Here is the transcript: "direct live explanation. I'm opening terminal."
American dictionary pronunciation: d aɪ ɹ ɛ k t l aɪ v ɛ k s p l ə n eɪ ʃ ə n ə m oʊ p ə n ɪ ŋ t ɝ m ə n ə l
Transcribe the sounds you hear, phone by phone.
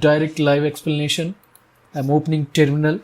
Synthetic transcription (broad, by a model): d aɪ ɹ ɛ k t l aɪ v ɛ k s p l ə n eɪ ʃ ə n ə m oʊ p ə n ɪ ŋ t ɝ m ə n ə l